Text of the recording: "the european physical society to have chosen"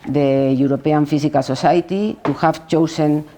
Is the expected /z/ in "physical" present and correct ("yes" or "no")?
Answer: no